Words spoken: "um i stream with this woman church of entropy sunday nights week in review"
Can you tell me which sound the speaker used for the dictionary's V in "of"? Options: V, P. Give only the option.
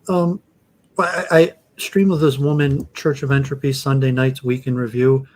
V